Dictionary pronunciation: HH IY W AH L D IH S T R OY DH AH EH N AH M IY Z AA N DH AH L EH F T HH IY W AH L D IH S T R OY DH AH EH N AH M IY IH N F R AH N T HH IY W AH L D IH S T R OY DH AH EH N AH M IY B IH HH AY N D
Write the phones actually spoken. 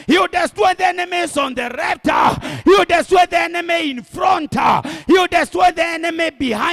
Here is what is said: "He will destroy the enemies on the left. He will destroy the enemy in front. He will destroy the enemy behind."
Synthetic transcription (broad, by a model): HH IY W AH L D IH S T W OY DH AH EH N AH M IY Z AA N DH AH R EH P T HH IY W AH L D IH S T W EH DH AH EH N AH M IY IH N F R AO N T HH IY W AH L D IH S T W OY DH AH EH N AH M IY B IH HH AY